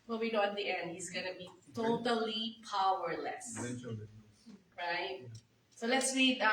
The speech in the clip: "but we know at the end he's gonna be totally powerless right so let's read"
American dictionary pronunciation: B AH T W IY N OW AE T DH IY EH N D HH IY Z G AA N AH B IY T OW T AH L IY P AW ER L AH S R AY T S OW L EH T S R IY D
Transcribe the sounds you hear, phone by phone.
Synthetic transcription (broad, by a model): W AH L W IY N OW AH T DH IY EH N D HH IY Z G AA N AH B IY T OW T AH L IY P AW ER L AH S R AY T S OW L EH T S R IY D